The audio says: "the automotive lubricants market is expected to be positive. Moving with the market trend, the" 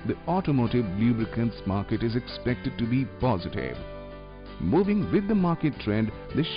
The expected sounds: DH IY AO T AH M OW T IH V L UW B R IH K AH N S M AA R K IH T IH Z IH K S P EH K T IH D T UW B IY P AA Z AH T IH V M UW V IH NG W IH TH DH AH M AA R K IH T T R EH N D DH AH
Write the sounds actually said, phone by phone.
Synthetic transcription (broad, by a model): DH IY AO T AH M OW T IH V L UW B R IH K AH N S M AA R K IH T IH Z IH K S P EH K T IH D T UW B IY P AA Z AH T IH V M UW V IH NG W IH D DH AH M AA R K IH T T R EH N D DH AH